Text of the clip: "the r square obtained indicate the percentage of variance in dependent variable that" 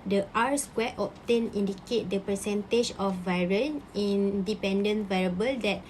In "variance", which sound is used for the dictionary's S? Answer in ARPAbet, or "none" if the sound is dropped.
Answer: none